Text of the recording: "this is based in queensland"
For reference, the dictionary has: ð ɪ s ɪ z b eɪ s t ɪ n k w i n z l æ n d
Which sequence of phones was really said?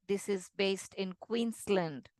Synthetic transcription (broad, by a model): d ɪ s ɪ z b eɪ s t ɪ n k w i n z l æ n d